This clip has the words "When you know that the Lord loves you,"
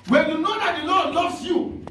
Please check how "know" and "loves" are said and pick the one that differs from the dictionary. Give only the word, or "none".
loves